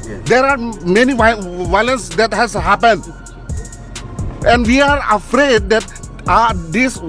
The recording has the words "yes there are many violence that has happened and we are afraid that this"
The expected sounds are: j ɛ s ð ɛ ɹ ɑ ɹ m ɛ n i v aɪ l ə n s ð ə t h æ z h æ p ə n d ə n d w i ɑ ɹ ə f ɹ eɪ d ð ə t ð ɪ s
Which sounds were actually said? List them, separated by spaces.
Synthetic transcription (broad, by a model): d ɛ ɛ ɹ ɑ ɹ m ɛ n i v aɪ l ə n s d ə t h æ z h æ p ə n d ə n d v i ɑ ɹ ə f ɹ eɪ d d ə t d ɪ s